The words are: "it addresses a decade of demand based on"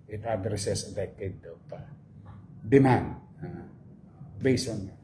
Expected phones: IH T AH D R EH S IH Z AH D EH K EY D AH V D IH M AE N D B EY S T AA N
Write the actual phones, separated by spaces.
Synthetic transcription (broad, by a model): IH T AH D R S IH S AH D EH K EY D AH P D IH M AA N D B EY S AA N